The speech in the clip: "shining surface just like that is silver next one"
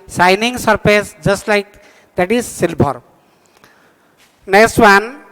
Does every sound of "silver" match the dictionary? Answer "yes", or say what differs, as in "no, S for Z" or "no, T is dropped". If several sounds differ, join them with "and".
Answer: no, B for V